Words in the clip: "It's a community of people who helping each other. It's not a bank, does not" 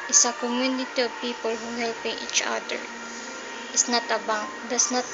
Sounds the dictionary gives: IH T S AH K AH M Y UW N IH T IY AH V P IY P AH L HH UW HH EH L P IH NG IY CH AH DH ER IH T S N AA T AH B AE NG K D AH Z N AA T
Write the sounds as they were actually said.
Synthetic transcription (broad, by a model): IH S AH K AH M Y UW N IH T IY AH V P IY P AH L HH UW HH EH L P IH NG IY CH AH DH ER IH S N AA T AH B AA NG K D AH S N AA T